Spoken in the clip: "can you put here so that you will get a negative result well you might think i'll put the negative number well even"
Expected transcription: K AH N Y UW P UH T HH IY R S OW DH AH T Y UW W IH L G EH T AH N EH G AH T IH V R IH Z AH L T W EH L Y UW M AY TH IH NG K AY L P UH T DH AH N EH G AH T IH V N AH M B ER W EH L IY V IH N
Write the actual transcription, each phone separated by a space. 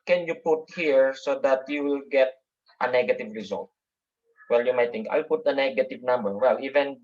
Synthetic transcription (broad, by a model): K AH N Y UW P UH T HH IY R S OW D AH T Y UW W IH L G EH T AH N EH G AH T IH V R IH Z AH L T W EH L Y UW M AY T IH NG K AY L P UH T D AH N EH G AH T IH V N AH M B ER W EH L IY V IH N